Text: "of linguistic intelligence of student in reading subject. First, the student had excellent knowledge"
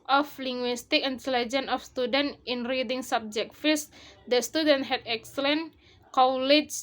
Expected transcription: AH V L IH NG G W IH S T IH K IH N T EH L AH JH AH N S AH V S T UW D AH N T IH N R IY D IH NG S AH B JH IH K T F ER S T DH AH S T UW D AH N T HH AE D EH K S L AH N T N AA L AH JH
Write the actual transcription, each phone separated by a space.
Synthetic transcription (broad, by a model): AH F L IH NG G W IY S T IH K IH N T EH L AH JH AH N AH F S T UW D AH N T IH N R IY D IH NG S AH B JH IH K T F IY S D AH S T UW D AH N T HH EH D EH K S L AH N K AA L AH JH